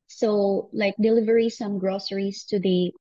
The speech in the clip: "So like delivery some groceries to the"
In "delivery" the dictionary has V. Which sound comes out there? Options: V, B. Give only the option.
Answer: V